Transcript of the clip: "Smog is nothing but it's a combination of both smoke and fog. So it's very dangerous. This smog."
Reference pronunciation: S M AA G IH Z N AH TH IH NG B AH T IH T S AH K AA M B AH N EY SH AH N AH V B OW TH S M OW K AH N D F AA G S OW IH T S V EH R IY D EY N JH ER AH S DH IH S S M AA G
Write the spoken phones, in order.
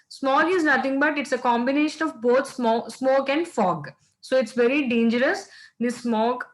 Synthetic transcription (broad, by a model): S M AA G IH Z N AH T IH NG B AH T IH T S AH K AA M B AH N EY SH AH N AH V B OW S S M OW K AH N D F AA G S OW IH T S V EH R IY D EY N JH ER AH S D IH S S M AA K